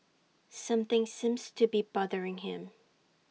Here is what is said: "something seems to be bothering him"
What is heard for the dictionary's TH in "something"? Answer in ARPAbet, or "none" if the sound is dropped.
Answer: TH